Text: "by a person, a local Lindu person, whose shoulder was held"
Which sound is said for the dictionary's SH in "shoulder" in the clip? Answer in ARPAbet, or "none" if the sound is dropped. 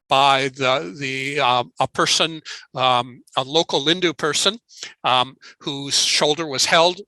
SH